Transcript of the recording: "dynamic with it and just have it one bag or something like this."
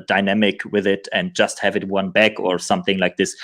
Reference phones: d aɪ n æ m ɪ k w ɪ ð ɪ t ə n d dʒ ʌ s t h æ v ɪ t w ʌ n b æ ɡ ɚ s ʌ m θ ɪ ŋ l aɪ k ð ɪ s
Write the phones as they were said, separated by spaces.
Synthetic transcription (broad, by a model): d aɪ n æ m ɪ k w ɪ ð ɪ t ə n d dʒ ʌ s t h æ v ɪ t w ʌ n b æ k ɚ s ʌ m θ ɪ ŋ l aɪ k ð ɪ s